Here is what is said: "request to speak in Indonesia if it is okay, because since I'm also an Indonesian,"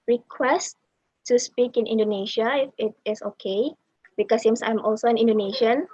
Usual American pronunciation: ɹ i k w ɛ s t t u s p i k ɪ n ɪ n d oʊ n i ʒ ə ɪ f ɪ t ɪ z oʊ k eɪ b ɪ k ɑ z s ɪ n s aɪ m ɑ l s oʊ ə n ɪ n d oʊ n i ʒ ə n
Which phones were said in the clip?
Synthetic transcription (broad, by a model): ɹ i k w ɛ s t t u s p i k ɪ n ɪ n d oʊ n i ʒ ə ɪ f ɪ t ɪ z oʊ k eɪ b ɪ k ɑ s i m s aɪ m ɑ l s oʊ ə n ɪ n d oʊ n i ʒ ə n